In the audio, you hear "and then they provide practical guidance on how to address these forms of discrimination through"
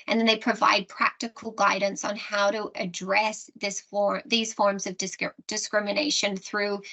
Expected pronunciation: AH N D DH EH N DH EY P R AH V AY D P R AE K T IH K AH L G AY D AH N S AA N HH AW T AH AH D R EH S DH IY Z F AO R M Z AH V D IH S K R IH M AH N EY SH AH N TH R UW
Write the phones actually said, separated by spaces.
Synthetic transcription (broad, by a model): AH N DH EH N DH EY P R AH V AY D P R AE K T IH K L G AY D N S N HH AW T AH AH D R EH S DH IY Z F AO R M Z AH V D IH S K R IH M AH N EY SH AH N TH R UW